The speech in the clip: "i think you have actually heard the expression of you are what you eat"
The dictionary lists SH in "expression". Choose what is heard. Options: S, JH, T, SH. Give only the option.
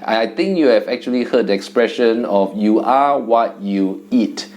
SH